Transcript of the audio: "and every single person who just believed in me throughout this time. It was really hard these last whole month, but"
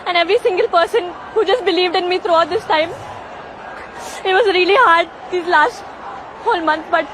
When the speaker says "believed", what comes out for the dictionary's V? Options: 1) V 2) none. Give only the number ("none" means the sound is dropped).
1